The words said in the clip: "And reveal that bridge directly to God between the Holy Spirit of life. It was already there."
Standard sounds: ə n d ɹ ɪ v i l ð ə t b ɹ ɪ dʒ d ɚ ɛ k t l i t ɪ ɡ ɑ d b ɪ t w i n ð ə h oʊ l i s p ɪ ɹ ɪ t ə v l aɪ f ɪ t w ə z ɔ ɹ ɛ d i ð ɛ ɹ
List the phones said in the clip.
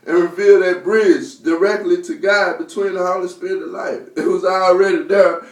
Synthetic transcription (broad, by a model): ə n ɹ ɪ v i l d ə t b ɹ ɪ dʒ d ɚ ɛ k t l i t ɪ ɡ ɑ d b ɪ t w i n ð ə h oʊ l i s p ɪ ɹ ɪ t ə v l aɪ f ɪ t w ə z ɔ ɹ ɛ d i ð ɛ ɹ